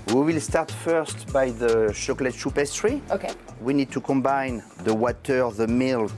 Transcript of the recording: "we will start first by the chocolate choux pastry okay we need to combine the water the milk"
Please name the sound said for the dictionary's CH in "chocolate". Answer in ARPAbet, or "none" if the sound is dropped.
SH